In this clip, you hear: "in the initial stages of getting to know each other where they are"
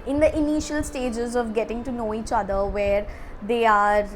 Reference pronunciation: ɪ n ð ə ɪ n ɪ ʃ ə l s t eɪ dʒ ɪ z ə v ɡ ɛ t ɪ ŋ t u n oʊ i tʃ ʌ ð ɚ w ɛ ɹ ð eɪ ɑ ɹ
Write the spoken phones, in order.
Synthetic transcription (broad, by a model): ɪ n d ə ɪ n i ʃ ə l s t eɪ dʒ ɪ z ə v ɡ ɛ t ɪ ŋ t u n oʊ i tʃ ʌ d ɚ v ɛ ɹ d eɪ ɑ ɹ